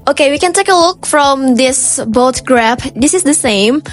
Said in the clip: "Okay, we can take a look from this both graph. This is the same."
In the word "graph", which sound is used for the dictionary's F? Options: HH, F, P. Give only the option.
P